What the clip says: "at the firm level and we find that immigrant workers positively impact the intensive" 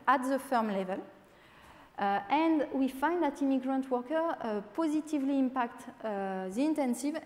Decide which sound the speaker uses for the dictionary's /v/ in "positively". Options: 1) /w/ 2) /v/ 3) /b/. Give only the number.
2